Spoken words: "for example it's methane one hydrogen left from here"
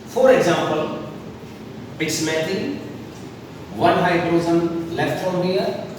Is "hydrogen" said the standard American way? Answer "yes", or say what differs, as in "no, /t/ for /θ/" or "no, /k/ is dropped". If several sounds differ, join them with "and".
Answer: no, /z/ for /dʒ/